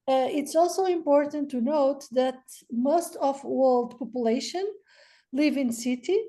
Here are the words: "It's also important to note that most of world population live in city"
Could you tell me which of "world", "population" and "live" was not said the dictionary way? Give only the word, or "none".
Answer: none